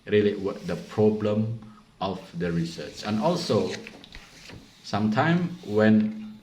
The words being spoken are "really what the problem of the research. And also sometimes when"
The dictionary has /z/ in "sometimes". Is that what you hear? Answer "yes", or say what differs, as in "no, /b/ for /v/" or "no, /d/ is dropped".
no, /z/ is dropped